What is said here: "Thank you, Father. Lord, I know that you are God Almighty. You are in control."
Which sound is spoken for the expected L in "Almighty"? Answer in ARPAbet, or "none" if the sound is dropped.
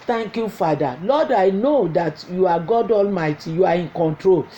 L